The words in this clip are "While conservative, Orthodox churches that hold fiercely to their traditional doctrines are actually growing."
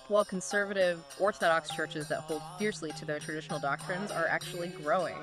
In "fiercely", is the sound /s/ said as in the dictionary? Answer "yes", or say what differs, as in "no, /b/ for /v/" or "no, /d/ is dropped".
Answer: yes